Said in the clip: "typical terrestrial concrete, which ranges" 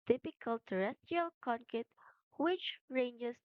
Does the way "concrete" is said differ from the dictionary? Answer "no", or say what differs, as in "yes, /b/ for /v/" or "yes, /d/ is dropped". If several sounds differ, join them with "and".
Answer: yes, /ɹ/ is dropped